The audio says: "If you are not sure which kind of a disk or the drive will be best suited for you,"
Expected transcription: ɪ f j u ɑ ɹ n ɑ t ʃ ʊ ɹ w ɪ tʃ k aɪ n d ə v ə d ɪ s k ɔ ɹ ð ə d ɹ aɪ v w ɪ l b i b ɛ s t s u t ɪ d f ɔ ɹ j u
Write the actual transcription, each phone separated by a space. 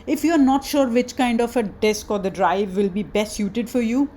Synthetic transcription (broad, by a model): ɪ f j u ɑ ɹ n ɑ t ʃ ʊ ɹ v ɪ tʃ k aɪ n d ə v ə d ɪ s k ɔ ɹ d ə d ɹ aɪ v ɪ l b i b ɛ s t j u t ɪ d f ɔ ɹ j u